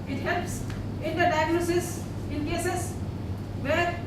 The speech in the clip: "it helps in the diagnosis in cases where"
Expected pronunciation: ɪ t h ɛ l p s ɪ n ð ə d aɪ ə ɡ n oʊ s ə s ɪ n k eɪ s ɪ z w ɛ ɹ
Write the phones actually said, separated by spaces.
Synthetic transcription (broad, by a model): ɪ t h ɛ l p s ɪ n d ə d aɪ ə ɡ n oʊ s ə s ɪ n k eɪ s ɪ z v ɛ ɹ